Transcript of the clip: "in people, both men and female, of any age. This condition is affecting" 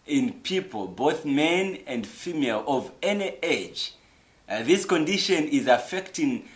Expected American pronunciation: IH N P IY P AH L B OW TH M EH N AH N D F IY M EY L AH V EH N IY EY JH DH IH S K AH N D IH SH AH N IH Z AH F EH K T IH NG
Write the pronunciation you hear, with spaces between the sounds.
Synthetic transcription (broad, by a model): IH N P IY P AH L B OW TH M EH N AH N D F IY M EY L AH V EH N IY EY JH DH IH S K AH N D IH SH AH N IH Z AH F EH K T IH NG